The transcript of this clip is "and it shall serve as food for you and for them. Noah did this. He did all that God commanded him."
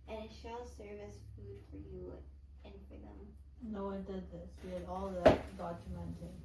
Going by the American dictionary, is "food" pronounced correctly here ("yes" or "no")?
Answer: yes